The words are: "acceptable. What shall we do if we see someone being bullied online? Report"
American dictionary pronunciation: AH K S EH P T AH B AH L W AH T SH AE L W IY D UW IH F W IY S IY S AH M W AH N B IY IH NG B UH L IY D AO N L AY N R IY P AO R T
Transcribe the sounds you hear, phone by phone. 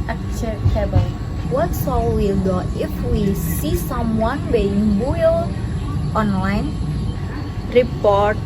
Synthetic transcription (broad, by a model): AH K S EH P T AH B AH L W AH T S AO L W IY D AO IH F W IY S IY S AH M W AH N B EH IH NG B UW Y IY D AO N L AY N R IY P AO R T